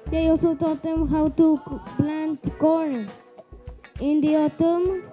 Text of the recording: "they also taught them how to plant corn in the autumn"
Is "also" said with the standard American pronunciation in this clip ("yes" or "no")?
no